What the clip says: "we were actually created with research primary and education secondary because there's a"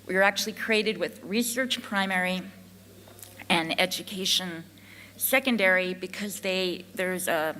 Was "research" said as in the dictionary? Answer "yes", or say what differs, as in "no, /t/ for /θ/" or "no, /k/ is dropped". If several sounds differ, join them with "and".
yes